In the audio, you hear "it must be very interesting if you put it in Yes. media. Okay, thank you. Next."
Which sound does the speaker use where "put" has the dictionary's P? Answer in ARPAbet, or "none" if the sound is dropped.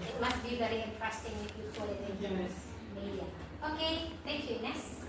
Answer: F